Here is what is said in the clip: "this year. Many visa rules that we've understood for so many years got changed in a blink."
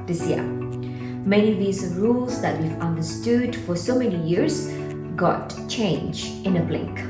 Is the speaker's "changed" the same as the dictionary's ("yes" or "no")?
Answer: no